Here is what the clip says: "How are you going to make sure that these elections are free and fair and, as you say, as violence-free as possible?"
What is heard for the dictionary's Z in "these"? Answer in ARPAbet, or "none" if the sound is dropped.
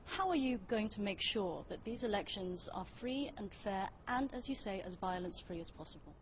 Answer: Z